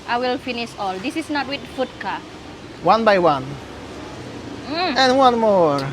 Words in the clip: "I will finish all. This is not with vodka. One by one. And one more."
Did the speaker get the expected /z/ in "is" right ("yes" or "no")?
no